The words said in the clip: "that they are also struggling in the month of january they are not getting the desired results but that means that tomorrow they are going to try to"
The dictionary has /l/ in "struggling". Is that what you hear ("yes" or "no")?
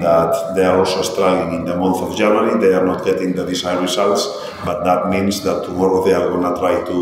no